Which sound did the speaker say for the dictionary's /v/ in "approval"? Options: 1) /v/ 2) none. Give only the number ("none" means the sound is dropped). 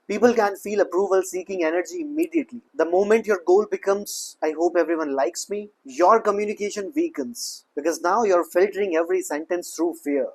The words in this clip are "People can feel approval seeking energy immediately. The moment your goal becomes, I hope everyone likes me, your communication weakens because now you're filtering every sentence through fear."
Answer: 1